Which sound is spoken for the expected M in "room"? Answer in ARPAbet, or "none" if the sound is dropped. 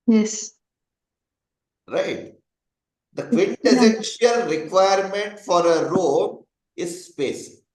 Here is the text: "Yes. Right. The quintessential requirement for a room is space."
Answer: none